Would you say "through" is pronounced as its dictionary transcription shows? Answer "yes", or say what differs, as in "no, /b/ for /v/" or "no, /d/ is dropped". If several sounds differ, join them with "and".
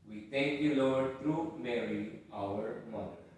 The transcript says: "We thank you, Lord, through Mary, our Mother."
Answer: no, /t/ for /θ/